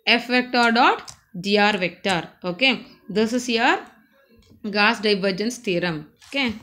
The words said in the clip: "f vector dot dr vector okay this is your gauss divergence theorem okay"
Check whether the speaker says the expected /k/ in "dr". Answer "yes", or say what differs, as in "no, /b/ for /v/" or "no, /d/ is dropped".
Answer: no, /k/ is dropped